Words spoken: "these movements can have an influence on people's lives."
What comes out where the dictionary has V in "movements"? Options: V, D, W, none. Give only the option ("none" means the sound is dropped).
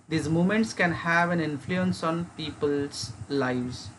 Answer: none